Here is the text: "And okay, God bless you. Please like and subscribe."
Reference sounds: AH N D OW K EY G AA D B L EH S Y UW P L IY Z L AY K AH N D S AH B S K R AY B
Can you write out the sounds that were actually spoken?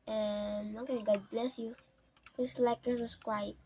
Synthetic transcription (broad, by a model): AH N OW K EY G AA D B L EH S Y UW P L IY S L AY K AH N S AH S K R AY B